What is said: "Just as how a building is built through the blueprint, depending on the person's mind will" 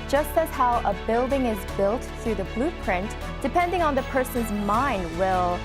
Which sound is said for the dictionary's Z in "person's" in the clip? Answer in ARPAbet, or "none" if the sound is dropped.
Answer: Z